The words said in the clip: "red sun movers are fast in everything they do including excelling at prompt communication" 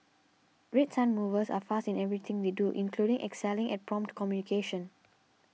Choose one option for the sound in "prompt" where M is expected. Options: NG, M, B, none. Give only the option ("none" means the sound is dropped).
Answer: M